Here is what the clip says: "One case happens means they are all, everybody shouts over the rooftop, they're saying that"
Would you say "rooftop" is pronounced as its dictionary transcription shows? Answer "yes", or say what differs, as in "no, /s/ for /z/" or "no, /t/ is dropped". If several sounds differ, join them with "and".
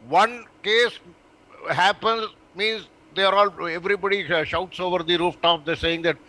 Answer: yes